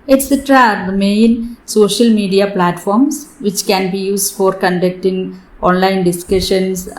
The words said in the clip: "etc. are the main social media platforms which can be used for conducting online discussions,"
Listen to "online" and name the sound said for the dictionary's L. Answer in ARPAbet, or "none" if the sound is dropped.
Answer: L